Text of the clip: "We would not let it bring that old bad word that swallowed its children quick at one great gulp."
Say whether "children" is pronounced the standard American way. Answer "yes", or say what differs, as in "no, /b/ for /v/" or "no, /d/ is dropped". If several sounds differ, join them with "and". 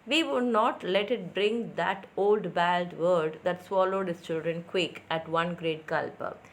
yes